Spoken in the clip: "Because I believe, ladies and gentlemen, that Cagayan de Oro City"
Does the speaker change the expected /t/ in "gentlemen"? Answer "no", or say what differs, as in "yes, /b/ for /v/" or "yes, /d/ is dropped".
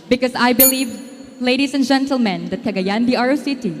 no